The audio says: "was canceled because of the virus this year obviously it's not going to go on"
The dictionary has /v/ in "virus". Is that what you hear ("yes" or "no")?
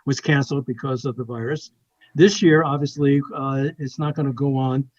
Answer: yes